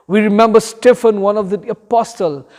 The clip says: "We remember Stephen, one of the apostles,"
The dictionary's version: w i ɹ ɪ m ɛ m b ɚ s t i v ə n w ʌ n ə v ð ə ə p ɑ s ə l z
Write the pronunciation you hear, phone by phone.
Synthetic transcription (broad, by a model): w i ɹ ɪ m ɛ m b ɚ s t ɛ f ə n w ʌ n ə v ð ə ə p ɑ s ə l